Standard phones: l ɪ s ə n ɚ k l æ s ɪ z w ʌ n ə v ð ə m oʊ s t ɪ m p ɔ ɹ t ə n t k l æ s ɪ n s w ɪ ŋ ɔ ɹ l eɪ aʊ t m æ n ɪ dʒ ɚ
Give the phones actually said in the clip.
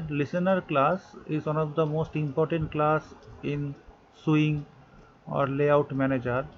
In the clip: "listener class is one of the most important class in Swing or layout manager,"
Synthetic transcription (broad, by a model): l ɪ s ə n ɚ k l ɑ s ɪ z w ʌ n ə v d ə m oʊ s t ɪ m p ɔ ɹ t ə n t k l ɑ s ɪ n s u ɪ ŋ ɔ ɹ l eɪ aʊ t m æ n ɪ dʒ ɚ